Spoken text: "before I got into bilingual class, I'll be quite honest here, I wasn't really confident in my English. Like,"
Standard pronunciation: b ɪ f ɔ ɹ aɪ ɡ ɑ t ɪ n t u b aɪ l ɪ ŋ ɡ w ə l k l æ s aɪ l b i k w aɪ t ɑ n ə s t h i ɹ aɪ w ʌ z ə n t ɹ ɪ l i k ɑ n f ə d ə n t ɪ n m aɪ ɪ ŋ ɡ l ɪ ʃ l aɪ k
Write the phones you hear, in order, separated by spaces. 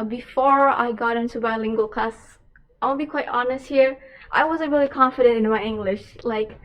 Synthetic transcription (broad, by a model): b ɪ f ɔ ɹ aɪ ɡ ɑ t ɪ n t u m aɪ l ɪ ŋ ɡ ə l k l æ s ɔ n b i k w aɪ t ɑ n ə s t h i ɹ aɪ w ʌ z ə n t ɹ ɪ l i k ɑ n f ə d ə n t ɪ n m aɪ ɪ ŋ ɡ l ɪ ʃ l aɪ k